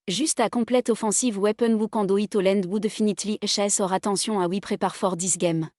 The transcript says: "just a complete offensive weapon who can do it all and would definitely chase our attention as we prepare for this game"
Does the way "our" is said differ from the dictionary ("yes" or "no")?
no